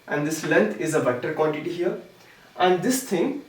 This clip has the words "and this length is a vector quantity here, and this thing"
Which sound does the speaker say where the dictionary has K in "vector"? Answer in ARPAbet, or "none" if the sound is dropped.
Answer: none